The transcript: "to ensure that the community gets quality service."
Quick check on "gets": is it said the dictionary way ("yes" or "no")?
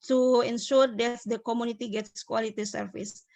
yes